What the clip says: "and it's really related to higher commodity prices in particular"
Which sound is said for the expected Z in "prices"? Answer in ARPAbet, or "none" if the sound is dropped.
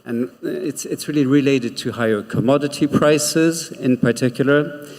Z